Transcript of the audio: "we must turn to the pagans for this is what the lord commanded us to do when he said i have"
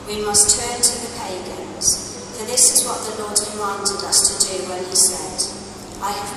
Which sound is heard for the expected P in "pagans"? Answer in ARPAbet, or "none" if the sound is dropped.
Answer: P